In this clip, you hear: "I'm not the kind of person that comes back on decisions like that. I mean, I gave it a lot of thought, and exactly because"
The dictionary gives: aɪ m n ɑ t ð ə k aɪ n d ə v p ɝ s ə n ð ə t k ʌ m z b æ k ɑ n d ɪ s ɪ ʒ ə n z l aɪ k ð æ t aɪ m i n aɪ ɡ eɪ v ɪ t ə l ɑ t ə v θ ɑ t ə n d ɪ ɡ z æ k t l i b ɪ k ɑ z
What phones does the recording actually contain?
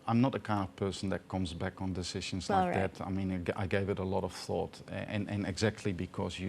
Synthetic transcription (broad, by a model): aɪ m n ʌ t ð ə k aɪ n d ə v p ɝ s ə n ð ə t k ʌ m z b æ k n d ɪ s ɪ ʒ ə n z l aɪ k ð æ t aɪ m i n aɪ ɡ eɪ v ɪ t ə l ɑ t ə v θ ɑ t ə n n ɪ ɡ z æ k t l i b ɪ k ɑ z